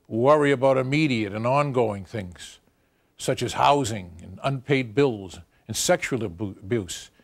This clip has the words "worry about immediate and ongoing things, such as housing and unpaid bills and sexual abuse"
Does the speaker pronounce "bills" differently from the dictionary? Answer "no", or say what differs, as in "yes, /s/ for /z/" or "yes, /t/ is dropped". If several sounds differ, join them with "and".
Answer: no